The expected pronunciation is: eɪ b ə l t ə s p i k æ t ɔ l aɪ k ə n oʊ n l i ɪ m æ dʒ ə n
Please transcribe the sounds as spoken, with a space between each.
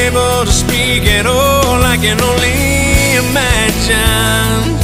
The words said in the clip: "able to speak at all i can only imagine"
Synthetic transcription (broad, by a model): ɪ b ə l t ə s p i k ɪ t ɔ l aɪ k ə n oʊ n l i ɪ m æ dʒ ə n